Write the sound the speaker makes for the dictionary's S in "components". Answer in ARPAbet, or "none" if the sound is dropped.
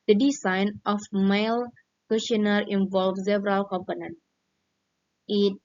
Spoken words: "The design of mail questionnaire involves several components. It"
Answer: none